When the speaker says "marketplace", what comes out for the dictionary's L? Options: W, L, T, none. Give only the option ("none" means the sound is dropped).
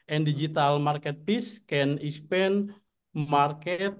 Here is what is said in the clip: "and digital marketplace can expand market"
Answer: none